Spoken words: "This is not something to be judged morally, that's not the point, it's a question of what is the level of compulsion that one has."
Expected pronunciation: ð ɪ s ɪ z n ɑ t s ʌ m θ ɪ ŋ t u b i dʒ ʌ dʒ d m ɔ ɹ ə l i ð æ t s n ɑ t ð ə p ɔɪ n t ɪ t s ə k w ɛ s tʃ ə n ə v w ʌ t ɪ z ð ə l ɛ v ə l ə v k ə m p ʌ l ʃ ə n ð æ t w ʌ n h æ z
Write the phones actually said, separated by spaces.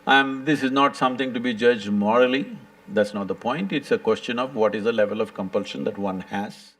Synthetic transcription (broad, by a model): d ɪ s ɪ z n ɑ t s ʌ m t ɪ ŋ t u b i dʒ ʌ dʒ d m ɔ ɹ ə l i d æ t s n ɑ t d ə p ɔɪ n t ɪ t s ə k w ɛ s tʃ ə n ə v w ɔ t ɪ z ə l ɛ v ə l ə v k ə m p ʌ l ʃ ə n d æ t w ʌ n h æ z